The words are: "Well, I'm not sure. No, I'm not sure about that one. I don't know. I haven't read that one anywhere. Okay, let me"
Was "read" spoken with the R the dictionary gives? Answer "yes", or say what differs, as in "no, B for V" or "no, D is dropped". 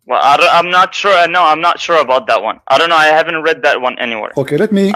yes